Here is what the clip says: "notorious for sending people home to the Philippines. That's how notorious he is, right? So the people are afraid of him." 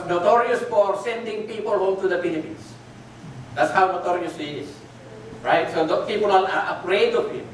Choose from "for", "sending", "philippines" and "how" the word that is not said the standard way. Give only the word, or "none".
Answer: philippines